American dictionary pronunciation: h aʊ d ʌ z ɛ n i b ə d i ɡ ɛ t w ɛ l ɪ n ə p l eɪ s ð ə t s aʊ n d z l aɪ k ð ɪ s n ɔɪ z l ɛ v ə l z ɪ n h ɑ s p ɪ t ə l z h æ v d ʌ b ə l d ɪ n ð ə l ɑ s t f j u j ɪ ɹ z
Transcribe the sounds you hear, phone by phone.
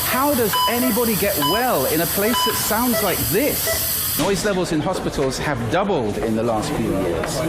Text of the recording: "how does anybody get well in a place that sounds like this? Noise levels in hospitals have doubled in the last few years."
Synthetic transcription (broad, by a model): h aʊ d ʌ z ɛ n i b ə d i ɡ ɛ t w ɛ l ɪ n ə p l eɪ s ð ə t s aʊ n d z l aɪ k ð ɪ s n ɔɪ z l ɛ v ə l z ɪ n h ɑ s p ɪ t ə l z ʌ v d ʌ b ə l d ɪ n ð ə l ɑ s t f j u j ɪ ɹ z